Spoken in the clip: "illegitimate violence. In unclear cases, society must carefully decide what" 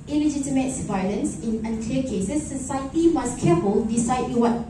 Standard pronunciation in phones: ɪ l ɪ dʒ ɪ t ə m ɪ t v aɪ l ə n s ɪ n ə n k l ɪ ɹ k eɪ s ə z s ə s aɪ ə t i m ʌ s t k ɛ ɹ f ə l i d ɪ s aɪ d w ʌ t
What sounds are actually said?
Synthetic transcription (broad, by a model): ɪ l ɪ dʒ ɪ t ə m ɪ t v aɪ l ə n s ɪ n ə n k l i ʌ k eɪ s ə s ə s aɪ ə t i m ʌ s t k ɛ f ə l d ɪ s aɪ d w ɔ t